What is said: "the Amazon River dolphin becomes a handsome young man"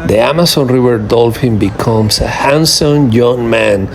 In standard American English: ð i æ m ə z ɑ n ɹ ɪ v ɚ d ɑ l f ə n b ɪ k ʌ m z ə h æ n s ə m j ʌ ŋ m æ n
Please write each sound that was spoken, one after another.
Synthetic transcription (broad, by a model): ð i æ m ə s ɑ n ɹ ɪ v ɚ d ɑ l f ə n b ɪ k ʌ m s ə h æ n s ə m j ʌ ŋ m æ n